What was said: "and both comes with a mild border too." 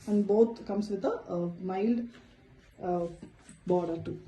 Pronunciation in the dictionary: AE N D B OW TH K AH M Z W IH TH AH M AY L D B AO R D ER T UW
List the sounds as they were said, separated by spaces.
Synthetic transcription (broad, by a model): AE N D B OW T K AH M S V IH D AH M AY L D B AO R D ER T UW